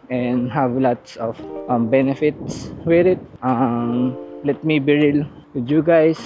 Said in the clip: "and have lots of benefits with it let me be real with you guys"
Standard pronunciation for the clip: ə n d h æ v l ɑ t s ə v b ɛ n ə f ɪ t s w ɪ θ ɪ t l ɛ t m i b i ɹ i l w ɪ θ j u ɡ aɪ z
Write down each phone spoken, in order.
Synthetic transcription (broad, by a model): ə n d h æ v l ɑ t s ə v b ɛ n ə f ɪ t s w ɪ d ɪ t l ɛ t m i b i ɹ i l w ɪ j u ɡ aɪ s